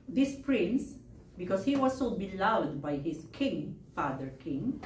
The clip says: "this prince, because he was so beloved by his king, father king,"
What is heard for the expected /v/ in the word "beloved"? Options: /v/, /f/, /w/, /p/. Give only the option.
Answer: /w/